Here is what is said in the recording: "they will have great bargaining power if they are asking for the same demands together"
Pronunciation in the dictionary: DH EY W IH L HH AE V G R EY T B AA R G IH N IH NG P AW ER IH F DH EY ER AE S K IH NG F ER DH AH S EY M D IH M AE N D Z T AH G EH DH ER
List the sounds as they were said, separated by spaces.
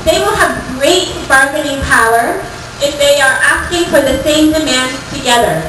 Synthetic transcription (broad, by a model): DH EY W IH L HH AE V G R EY T B AA R G IH N IH NG P AW ER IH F DH EY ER AE S K IH NG F ER DH AH S EY M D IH M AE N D T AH G EH DH ER